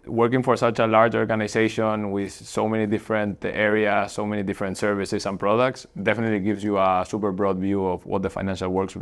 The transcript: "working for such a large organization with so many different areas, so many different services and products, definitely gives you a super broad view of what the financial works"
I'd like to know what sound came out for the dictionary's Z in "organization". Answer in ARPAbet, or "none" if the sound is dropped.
S